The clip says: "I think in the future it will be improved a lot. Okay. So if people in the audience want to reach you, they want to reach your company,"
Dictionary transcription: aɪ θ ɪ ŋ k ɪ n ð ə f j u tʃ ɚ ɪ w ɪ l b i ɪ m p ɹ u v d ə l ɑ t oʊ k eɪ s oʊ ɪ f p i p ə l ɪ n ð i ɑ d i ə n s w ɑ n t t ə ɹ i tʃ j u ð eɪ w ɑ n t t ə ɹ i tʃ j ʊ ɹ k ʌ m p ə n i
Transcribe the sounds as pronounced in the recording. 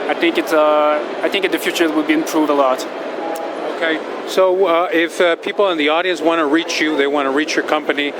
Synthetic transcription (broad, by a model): aɪ θ ɪ ŋ k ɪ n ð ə f j u tʃ ɚ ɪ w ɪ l b i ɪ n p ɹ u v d ə l ɑ t oʊ k eɪ s oʊ ɪ f p i p l ɪ n ð i ɑ d i ə n s w ɑ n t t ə ɹ i tʃ j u ð eɪ w ɑ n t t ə ɹ i tʃ j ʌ ɹ k ʌ m p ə n i